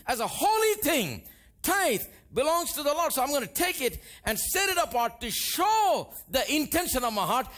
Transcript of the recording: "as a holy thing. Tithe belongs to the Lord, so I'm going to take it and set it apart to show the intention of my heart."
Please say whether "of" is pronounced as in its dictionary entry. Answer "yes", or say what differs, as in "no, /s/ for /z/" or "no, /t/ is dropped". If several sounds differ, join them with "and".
yes